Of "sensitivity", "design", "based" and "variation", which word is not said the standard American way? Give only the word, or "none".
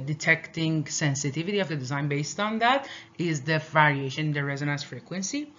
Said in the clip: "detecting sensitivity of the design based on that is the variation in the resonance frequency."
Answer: variation